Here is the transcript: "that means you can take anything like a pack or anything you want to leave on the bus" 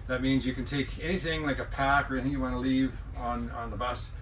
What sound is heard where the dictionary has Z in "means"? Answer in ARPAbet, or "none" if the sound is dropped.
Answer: Z